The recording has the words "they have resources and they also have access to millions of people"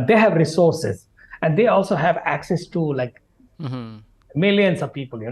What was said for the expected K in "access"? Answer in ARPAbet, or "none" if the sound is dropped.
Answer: K